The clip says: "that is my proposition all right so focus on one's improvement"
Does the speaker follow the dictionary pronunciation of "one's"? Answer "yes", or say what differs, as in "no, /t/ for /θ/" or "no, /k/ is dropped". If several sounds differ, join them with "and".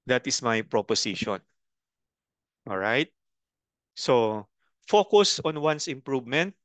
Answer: no, /s/ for /z/